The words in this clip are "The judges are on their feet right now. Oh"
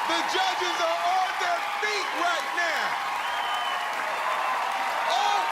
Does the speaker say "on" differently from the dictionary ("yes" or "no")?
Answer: yes